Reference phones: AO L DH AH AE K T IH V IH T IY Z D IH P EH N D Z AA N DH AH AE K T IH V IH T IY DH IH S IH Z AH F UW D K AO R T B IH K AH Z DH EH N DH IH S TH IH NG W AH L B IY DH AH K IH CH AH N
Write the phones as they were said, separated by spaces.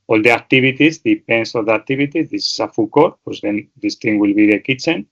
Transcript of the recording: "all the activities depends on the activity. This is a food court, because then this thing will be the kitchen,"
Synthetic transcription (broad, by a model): AO L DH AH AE K T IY B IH T IY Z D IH P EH N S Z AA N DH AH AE K T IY B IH T IY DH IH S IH S AH F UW K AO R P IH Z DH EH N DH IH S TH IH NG W AH L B IY DH AH K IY CH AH N